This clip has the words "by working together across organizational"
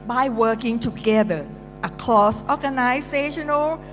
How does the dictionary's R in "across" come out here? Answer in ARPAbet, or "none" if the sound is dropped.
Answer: L